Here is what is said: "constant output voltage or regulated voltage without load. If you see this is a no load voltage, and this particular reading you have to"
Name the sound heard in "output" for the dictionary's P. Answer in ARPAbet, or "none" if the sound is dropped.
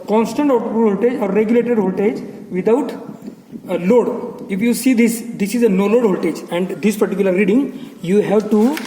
none